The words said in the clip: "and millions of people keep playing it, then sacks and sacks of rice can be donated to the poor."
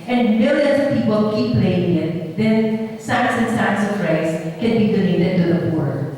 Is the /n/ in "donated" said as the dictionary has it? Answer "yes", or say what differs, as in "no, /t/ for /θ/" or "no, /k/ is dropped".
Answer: no, /l/ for /n/